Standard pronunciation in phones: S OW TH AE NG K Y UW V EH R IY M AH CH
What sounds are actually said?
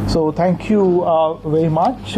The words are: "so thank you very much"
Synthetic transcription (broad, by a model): S OW T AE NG K Y UW V EH R IY M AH CH